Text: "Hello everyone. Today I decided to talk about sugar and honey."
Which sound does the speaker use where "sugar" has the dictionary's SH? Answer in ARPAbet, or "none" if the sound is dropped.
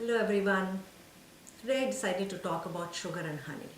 SH